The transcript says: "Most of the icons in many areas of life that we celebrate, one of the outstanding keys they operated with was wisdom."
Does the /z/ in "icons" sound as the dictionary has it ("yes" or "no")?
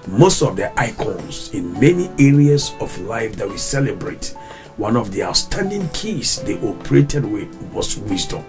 no